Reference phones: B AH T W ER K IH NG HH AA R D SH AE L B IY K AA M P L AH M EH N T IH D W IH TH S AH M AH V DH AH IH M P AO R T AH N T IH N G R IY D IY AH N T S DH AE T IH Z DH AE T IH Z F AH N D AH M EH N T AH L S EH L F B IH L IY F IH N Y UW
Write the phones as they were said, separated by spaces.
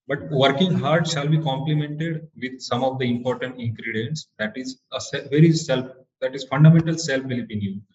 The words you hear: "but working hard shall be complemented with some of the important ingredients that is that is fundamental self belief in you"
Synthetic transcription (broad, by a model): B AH T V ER K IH NG HH AA R D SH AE L B IY K AA M P L AH M EH N T IH D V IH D S AH M AH V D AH IH M P AO R T AH N T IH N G R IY D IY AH N T S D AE T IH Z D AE T IH Z F AH N D AH M EH N T AH L S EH L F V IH L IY P IH N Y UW